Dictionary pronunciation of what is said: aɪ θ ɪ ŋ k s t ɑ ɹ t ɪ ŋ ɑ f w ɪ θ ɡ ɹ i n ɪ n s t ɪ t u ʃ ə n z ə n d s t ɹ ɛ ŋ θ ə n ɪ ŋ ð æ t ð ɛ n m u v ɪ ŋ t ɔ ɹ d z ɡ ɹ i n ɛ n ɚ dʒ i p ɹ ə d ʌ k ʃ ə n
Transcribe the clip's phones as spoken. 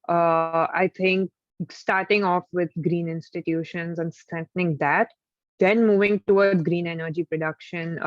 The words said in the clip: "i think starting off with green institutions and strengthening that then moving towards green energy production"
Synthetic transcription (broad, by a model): aɪ t ɪ ŋ k s t ɑ ɹ t ɪ ŋ ɑ f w ɪ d ɡ ɹ i n ɪ n s t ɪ t u ʃ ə n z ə n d s t ɹ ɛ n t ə n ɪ ŋ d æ t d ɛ n m u v ɪ ŋ t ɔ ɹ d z ɡ ɹ i n ɛ n ɚ dʒ i p ɹ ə d ʌ k ʃ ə n